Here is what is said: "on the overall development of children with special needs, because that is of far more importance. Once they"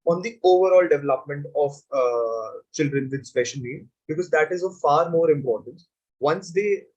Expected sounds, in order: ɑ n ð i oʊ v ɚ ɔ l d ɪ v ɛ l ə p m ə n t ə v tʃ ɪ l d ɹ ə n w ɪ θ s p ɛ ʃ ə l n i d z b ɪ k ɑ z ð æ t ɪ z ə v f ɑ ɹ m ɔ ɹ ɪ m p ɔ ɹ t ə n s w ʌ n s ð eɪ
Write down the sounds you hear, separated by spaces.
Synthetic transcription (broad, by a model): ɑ n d i oʊ v ɚ ɔ l d ɪ v ɛ l ə p m ə n t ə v tʃ ɪ l d ɹ ə n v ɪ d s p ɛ ʃ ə n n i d b ɪ k ɑ z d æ t ɪ z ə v f ɑ ɹ m ɔ ɹ ɪ m p ɔ ɹ t ə n s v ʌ n s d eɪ